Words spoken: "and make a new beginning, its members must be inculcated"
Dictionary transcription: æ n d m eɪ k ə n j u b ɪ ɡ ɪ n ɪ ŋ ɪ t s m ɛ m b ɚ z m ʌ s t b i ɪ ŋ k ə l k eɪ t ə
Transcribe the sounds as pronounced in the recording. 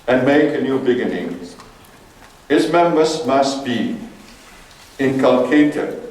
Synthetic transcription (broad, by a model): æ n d m eɪ k ə n j u b ɪ ɡ ɪ n ɪ ŋ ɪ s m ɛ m ɚ s m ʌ s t b i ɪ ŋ k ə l k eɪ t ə